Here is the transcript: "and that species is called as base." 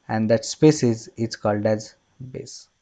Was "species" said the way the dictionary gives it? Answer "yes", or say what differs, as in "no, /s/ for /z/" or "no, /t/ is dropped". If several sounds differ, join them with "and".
no, /s/ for /ʃ/